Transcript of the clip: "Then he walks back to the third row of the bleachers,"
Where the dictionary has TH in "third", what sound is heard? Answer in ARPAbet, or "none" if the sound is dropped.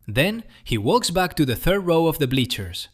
TH